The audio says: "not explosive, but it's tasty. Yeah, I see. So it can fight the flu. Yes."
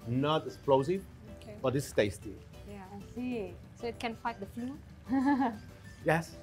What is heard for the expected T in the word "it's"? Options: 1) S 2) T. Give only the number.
1